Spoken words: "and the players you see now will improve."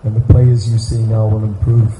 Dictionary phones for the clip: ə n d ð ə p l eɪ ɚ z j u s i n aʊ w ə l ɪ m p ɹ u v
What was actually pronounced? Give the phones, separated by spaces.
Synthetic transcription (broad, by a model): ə n ð ə p l eɪ ɚ z j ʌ s i n aʊ w ə l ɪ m p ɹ u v